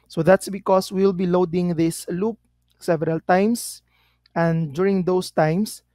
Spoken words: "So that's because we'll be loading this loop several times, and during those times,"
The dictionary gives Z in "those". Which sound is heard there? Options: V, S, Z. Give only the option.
S